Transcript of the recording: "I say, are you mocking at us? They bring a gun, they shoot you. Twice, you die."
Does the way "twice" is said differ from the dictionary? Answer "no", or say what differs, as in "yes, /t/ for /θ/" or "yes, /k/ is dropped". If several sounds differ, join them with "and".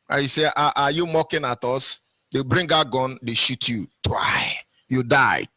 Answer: yes, /s/ is dropped